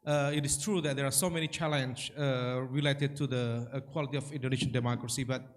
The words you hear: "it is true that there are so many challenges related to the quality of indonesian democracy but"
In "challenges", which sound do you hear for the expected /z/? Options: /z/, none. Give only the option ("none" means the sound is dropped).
none